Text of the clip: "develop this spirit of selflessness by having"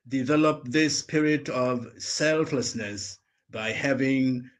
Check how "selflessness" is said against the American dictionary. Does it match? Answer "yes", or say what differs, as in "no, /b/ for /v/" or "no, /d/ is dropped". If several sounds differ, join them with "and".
yes